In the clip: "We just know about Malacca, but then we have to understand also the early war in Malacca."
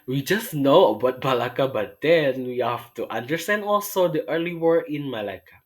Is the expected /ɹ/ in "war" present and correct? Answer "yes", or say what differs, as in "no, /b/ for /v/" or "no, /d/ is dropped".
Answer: yes